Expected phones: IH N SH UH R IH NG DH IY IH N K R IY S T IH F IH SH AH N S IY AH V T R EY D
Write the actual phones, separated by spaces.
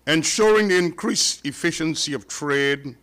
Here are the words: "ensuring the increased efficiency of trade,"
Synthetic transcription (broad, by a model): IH N SH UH R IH NG DH IY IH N K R IY S IH F IH SH AH N S IY AH V T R EY D